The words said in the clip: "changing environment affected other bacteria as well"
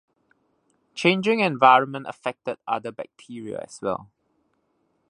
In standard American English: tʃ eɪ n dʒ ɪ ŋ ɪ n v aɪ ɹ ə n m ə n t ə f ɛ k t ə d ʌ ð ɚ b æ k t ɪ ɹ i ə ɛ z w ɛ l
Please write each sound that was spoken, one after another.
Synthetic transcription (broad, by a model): tʃ eɪ n dʒ ɪ ŋ ɪ n v aɪ ɹ ə n m ə n t ə f ɛ k t ə d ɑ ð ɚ b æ k t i ɹ i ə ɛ s w ɛ l